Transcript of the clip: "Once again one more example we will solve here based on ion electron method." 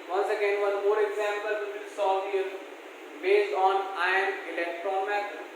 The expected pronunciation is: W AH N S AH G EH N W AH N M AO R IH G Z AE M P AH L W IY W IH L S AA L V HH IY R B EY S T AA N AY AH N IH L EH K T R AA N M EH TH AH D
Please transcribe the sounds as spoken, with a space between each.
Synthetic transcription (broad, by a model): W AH N S AH G EH N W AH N M AO R IH G Z AE M P AH L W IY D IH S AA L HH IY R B EY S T AA N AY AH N IH L EH K T R AA N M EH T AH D